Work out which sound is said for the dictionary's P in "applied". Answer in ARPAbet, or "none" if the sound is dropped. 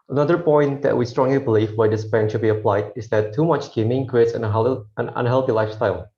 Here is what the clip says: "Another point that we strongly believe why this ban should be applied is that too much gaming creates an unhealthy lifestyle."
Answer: P